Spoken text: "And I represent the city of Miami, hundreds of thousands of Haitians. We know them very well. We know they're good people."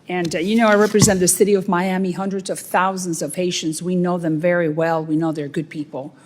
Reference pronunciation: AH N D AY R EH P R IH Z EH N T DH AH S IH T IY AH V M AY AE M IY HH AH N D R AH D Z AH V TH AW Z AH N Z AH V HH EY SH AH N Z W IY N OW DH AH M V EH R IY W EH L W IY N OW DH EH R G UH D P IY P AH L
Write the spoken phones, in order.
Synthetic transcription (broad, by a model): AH N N AY R EH P R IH Z EH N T DH AH S IH T IY AH V M AY AE M IY HH AH N D R AH D Z AH V TH AW Z AH N Z AH V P EY SH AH N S W IY N OW DH AH M V EH R IY W EH L W IY N OW DH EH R G UH D P IY P L